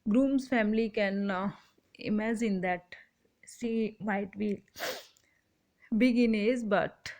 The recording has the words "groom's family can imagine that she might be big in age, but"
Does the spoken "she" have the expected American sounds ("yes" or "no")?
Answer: no